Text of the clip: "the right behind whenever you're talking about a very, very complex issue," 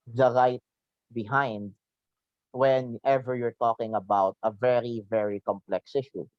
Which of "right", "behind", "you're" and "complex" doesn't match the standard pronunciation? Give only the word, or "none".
none